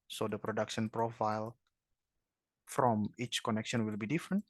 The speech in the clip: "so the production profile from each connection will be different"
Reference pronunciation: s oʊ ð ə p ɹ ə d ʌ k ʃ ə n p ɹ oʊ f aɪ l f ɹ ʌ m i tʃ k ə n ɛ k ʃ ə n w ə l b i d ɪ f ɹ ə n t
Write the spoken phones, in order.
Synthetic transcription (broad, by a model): s oʊ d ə p ɹ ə d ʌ k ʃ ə n p ɹ oʊ f aɪ l f ɹ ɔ m i tʃ k ə n ɛ k ʃ ə n w ə l b i d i f ɹ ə n t